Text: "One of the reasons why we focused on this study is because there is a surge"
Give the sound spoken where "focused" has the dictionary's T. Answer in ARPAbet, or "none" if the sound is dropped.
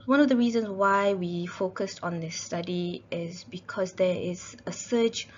T